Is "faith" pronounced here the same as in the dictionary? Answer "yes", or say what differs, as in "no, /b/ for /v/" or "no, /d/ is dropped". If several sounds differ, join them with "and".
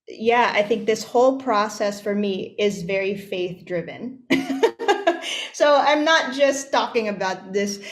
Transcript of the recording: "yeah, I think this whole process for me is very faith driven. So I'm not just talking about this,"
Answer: yes